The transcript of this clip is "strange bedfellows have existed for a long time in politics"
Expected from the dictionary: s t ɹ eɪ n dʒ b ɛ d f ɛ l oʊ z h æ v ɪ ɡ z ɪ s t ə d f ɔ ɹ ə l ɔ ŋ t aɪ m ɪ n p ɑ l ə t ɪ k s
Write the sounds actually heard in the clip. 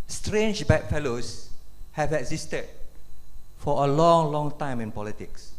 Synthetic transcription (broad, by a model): s t ɹ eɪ n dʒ b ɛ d f ɛ l oʊ s h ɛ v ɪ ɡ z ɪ s t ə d f ɔ l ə l ɔ ŋ t aɪ m ɪ n p ɑ l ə t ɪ k s